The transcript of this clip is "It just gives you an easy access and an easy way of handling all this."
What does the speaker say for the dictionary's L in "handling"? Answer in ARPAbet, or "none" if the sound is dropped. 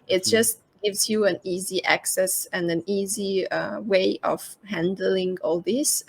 L